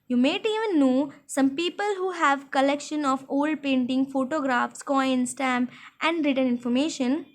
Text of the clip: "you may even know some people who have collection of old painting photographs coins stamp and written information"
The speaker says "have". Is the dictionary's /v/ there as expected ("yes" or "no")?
yes